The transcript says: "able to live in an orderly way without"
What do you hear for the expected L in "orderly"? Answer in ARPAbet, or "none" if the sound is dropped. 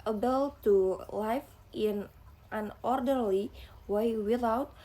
L